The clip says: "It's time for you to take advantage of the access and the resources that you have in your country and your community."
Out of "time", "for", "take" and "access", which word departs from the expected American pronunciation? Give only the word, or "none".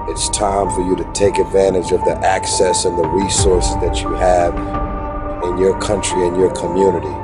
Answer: none